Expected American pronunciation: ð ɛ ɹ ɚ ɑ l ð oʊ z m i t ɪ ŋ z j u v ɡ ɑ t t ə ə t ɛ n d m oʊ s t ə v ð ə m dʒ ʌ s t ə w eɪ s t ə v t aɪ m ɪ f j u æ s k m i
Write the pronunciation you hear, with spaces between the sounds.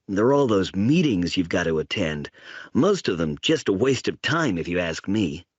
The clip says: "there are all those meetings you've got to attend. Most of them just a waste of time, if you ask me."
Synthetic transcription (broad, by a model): ð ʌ ɹ ɑ l ð oʊ z m i t ɪ ŋ z j u v ɡ ɑ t t ə ə t ɛ n d m oʊ s t ə v ð ə m dʒ ʌ s t ə w eɪ s t ə v t aɪ m ɪ f j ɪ æ s k m i